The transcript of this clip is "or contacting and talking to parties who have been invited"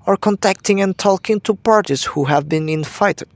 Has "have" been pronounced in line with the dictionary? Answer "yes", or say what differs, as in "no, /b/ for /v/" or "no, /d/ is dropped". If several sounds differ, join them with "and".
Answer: yes